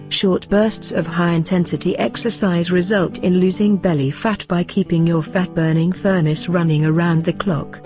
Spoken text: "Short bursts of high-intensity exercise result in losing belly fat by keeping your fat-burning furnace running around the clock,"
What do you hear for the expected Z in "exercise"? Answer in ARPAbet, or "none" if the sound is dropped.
Z